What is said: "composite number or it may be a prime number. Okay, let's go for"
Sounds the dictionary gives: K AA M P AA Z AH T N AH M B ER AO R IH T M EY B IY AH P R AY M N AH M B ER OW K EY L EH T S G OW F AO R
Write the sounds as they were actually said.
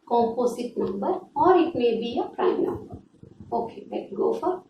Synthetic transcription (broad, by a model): K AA M P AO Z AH T N AH M B ER AO R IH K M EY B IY AH P R AY M N AH M B ER OW K EY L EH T G OW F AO R